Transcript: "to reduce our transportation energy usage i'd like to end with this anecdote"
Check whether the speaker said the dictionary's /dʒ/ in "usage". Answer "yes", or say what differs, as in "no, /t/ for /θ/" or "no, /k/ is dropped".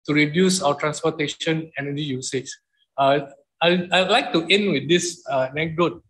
no, /tʃ/ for /dʒ/